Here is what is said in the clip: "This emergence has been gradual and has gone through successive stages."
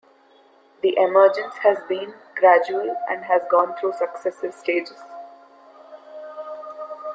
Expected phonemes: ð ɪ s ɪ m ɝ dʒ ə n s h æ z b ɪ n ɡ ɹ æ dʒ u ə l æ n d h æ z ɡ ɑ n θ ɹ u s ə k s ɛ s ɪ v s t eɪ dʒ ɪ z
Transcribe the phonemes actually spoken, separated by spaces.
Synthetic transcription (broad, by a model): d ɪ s ɪ m ɝ dʒ ə n s h æ z b ɪ n ɡ ɹ æ dʒ u ə l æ n d h æ z ɡ ɑ n t ɹ u s ə k s ɛ s ɪ v s t eɪ dʒ ɪ z